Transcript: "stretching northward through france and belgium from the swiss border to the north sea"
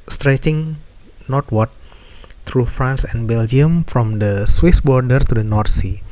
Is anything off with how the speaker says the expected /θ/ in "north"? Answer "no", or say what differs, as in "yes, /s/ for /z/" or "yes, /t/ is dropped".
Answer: yes, /t/ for /θ/